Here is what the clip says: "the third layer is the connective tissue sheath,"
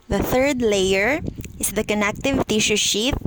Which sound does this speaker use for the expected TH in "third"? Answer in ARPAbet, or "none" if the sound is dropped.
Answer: TH